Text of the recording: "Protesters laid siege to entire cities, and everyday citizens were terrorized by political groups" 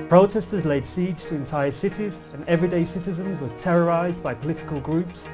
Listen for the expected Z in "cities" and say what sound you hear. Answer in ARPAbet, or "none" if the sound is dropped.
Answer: Z